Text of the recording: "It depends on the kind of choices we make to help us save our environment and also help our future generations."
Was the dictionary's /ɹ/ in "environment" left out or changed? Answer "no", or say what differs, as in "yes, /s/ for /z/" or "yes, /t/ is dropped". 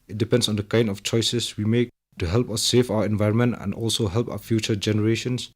no